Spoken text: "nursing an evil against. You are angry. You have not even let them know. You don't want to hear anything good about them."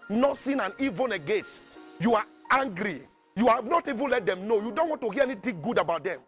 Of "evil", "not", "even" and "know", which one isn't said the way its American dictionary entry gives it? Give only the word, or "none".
evil